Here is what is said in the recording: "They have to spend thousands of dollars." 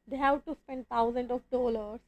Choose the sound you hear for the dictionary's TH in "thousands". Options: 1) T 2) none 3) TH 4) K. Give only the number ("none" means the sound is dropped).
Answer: 1